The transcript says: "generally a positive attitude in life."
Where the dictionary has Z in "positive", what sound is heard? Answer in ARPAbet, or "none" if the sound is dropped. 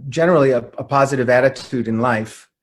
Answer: Z